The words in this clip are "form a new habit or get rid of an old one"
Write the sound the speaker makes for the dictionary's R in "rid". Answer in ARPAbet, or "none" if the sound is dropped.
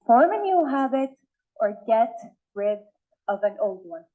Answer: R